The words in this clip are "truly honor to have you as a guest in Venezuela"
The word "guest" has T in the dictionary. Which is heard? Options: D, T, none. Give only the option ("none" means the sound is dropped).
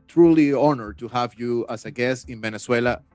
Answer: none